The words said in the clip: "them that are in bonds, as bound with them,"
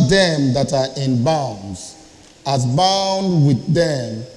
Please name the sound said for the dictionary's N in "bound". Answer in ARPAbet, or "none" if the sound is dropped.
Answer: N